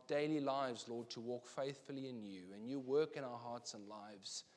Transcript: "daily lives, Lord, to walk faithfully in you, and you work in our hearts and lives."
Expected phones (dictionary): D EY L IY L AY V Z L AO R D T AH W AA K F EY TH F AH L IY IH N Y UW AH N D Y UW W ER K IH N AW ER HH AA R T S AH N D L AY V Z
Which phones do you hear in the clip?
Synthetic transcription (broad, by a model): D EY L IY L AY V Z L AO D T AH W AA K F EY TH F AH L IY IH N Y UW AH N Y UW W ER K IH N AW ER HH AA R T S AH N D L AY V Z